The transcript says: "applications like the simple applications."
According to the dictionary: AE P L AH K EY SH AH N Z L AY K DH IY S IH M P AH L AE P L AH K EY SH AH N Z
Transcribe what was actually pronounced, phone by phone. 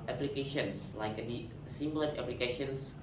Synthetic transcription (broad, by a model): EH P L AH K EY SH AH N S L AY K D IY S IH M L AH N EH P L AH K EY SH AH N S